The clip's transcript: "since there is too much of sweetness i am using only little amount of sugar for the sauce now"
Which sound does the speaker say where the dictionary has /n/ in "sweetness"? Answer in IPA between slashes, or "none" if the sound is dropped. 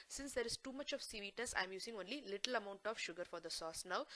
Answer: none